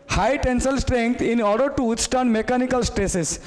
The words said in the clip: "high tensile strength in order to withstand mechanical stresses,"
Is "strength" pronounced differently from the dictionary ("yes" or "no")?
yes